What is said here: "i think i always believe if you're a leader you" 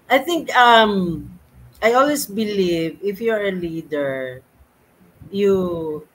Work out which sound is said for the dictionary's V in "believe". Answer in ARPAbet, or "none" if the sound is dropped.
V